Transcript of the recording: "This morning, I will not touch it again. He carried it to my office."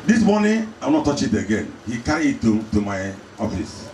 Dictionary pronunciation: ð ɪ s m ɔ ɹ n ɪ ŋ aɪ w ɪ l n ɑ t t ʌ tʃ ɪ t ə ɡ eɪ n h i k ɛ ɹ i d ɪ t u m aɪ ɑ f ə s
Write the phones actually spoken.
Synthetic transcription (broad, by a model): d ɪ s m ɔ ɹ n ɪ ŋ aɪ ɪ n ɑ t t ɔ tʃ ɪ t ə ɡ eɪ n h i k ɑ i ɪ t u m aɪ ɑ f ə s